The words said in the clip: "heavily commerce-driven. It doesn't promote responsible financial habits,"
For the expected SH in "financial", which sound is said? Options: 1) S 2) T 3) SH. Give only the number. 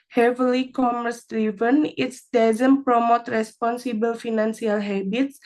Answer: 1